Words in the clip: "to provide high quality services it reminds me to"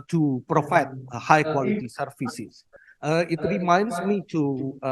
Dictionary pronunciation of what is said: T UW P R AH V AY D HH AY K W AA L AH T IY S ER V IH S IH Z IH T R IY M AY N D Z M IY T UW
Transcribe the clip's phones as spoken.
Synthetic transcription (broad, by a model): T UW P R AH F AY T HH AY K W AA L AH T IY S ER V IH S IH S IH T R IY M AY N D S M IY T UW